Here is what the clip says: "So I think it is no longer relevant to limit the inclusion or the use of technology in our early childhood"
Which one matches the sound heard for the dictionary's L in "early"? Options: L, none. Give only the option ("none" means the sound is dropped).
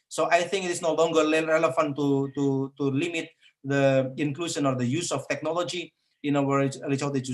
none